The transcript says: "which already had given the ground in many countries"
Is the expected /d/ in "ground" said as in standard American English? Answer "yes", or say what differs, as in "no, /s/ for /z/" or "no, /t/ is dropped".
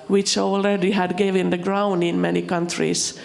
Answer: yes